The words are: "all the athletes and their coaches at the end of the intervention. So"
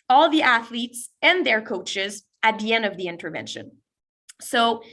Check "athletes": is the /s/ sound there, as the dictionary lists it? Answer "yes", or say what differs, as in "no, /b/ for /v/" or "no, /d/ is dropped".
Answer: yes